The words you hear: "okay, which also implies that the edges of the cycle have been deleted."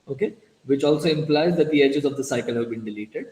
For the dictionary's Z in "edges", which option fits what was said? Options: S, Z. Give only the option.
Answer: Z